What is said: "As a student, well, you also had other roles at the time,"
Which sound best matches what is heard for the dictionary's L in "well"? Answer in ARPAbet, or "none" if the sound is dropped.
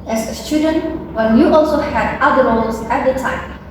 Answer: N